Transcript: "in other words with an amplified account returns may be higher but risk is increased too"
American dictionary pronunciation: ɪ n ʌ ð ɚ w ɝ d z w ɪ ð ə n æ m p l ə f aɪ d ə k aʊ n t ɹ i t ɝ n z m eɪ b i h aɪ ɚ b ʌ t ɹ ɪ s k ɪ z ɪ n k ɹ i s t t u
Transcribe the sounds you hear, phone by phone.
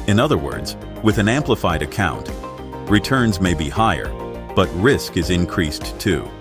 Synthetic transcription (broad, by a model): ɪ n ʌ ð ɚ w ɝ d z w ɪ ð ə n æ m p l ə f aɪ d ə k aʊ n t ɹ i t ɝ n z m eɪ b i h aɪ ɚ b ʌ t ɹ ɪ s k ɪ z ɪ n k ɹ i s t t u